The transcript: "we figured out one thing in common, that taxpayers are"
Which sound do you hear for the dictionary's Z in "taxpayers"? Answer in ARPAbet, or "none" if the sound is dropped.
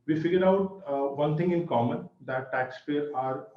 none